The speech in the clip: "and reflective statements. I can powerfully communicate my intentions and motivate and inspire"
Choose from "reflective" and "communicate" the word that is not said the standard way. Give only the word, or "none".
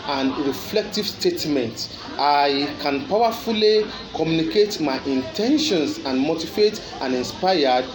none